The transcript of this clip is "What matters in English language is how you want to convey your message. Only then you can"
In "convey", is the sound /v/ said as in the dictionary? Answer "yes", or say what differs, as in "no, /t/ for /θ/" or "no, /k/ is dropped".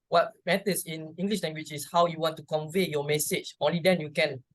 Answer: yes